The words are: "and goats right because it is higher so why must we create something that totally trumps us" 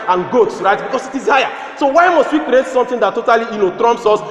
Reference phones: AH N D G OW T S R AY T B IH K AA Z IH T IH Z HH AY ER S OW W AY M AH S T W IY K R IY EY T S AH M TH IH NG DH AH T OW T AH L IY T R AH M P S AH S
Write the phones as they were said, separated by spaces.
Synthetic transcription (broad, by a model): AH N G OW T S R AY T B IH K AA S IH T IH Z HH AY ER S OW W AY M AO S T W IY K R IY EY T S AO M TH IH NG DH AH T OW T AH L IY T R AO M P S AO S